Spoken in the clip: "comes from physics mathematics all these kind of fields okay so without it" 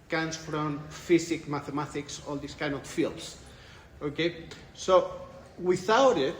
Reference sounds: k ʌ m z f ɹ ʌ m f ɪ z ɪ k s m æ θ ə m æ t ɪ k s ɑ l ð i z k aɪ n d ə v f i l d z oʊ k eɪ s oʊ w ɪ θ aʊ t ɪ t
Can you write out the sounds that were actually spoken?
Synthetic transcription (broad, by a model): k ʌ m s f ɹ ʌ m f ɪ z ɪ k m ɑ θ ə m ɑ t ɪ k s ɑ l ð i s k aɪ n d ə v f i l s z oʊ k eɪ s oʊ w ɪ θ aʊ t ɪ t